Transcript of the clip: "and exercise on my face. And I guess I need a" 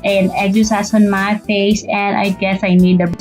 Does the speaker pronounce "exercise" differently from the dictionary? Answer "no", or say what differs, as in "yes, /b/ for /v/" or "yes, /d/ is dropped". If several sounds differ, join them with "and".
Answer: yes, /s/ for /z/